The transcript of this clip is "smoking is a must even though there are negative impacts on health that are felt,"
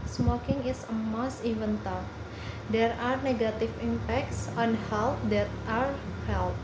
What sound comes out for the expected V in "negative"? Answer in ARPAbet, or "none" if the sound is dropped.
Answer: F